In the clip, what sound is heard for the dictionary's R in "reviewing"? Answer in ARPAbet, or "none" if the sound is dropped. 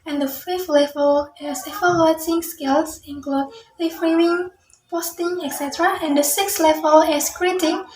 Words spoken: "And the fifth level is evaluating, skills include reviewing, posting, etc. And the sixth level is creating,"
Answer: L